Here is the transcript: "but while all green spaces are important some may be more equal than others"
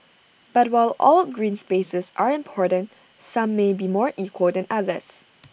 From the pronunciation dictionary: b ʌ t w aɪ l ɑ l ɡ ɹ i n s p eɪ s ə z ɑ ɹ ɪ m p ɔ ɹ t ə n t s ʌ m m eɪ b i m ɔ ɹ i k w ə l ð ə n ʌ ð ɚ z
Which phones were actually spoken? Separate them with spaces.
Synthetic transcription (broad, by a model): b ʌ t w aɪ l ɑ l ɡ ɹ i n s p eɪ s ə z ɑ ɹ ɪ m p ɔ ɹ t ə n t s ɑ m m eɪ b i m ɔ ɹ i k w ə l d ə n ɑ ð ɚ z